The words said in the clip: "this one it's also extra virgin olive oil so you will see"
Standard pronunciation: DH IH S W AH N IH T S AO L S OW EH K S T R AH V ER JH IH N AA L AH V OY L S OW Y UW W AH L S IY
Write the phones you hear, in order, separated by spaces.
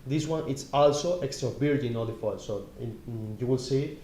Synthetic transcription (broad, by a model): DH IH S W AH N IH T S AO L S OW EH K S T R AH B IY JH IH N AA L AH F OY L S OW Y UW W AH L S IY